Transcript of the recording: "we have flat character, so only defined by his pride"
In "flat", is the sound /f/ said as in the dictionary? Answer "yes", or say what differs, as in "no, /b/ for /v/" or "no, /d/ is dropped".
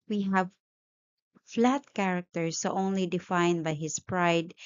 yes